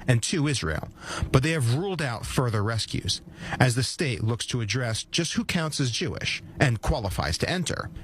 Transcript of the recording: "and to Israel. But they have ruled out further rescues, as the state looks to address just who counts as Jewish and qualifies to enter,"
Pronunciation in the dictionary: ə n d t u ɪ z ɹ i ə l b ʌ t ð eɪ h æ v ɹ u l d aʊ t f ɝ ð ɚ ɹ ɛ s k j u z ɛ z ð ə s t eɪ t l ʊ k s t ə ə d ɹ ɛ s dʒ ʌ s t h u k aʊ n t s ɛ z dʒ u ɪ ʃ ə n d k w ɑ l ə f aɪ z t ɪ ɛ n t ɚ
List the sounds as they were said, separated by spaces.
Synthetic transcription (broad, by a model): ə n t u ɪ z ɹ i ə l b ʌ t ð eɪ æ v ɹ u l d aʊ t f ɝ ð ɚ ɹ ɛ s k j u z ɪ z ð ə s t eɪ t l ʊ k s t ə ə d ɹ ɛ s dʒ ʌ s t h u k aʊ n t s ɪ z dʒ u ɪ ʃ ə n k w ɑ l ə f aɪ z t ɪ ɛ n t ɚ